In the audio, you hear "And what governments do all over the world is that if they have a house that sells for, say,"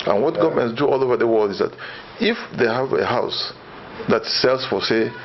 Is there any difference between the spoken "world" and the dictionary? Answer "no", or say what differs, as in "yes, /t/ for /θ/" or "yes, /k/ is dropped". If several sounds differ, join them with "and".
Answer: no